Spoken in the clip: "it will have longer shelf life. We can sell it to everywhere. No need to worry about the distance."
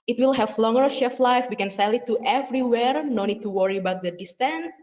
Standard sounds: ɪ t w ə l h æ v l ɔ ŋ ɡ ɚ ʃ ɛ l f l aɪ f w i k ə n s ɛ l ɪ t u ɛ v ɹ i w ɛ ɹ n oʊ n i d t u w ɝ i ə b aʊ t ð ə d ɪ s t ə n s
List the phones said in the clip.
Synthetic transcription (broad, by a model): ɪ t w ə l h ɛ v l ɔ ŋ ɡ ɚ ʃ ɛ f l aɪ f w i k ə n s ɛ l ɪ t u ɛ v ɹ i w ɛ ɹ n oʊ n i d t u w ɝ i ə b aʊ t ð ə d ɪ s t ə n s